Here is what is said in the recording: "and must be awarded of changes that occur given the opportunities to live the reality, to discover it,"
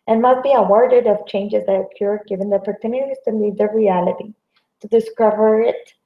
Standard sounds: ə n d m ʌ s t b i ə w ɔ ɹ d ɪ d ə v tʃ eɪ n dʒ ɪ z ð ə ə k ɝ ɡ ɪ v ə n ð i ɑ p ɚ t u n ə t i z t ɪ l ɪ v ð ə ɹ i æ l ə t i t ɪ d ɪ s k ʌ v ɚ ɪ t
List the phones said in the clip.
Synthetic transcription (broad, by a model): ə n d m ʌ s t b i ə w ɔ ɹ d ɪ d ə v tʃ eɪ n dʒ ɪ z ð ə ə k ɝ ɡ ɪ v ə n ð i ɑ p ɚ t u n ə t i z t ɪ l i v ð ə ɹ i æ l ə t i t ɪ d ɪ s k ʌ v ɚ ɪ t